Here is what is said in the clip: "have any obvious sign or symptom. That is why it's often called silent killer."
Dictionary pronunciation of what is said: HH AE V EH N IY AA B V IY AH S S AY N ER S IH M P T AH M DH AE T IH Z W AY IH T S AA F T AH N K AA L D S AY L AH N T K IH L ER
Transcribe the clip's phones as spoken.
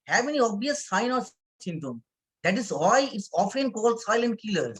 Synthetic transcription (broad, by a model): HH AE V EH N IY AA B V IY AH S S AY N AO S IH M T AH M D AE T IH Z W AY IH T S AA F T AH N K AA L D S AY L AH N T K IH L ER